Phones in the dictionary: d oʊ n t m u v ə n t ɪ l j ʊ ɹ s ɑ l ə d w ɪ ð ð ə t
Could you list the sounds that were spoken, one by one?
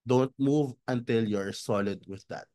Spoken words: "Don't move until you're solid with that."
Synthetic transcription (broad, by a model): d oʊ n t m u v ə n t ɪ l j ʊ ɹ s ɑ l ə d w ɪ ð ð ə t